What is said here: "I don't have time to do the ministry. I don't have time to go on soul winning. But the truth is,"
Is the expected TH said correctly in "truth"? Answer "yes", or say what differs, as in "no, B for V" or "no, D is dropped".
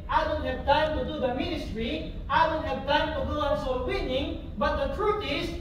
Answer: no, T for TH